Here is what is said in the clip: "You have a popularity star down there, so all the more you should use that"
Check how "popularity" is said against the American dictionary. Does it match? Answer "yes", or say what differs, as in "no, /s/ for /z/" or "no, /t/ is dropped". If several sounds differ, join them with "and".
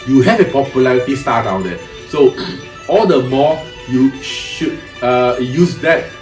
yes